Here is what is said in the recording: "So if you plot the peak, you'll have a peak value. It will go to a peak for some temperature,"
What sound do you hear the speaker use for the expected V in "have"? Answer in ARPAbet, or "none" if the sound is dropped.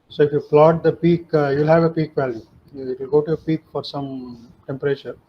V